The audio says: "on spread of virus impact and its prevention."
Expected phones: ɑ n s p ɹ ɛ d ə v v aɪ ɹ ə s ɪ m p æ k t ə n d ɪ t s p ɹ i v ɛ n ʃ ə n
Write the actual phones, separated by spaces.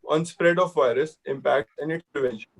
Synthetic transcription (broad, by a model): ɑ n s p ɹ ɛ d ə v v aɪ ɹ ə s ɪ m p æ k t ə n d ɪ t s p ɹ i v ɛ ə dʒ